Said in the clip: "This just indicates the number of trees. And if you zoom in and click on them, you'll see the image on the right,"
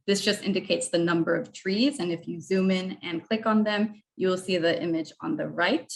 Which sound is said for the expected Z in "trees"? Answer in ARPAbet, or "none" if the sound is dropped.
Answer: Z